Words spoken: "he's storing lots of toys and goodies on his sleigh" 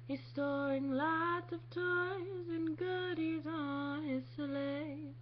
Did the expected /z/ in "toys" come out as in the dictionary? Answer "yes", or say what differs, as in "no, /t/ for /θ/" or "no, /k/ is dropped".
yes